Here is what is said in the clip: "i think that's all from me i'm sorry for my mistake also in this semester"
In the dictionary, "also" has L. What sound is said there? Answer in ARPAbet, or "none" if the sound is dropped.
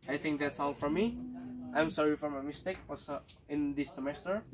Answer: none